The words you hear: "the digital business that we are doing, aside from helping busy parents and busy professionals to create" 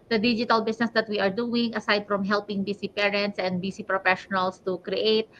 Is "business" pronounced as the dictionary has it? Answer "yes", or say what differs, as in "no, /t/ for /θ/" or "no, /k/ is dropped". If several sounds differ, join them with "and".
no, /s/ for /z/